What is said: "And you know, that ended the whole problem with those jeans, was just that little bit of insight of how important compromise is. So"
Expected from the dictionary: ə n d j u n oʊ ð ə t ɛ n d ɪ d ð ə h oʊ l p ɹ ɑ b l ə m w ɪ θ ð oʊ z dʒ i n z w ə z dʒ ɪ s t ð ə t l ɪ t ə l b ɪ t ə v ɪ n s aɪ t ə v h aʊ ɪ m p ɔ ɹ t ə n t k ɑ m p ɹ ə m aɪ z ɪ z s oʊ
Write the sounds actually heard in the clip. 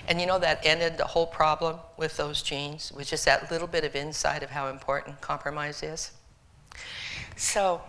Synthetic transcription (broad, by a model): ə n j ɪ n oʊ ð ə t ɛ n d ɪ d ð ə h oʊ l p ɹ ɑ b l ə m w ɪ ð oʊ z dʒ i n z w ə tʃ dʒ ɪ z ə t l ɪ t l b ɪ t ə v ɪ n s aɪ t ə v h aʊ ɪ m p ɔ ɹ t n k ɑ m p ɹ ə m aɪ z ɪ z s oʊ